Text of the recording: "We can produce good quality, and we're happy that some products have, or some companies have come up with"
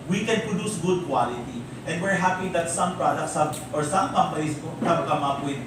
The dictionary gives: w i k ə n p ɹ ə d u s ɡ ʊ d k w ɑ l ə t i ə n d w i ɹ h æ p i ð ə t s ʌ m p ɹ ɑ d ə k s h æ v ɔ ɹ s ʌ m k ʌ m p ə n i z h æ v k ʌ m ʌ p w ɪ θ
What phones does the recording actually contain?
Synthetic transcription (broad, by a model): w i k ə n p ɹ ə d u s ɡ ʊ d k w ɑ l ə t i ə n d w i ɹ h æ p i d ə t s ʌ m p ɹ ɑ d ə k s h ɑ b ɔ ɹ s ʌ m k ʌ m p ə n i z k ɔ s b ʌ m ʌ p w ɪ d